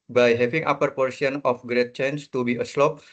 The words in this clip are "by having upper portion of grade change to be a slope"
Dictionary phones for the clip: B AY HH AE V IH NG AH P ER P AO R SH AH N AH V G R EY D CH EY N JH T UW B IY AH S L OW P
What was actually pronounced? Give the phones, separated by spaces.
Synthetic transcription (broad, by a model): B AY HH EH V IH NG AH P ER P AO R S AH N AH F G R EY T CH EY N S T UW B IY AH S L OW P